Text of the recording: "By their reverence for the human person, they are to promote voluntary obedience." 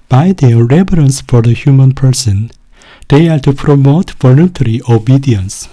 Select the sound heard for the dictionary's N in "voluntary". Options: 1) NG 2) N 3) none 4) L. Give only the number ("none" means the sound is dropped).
2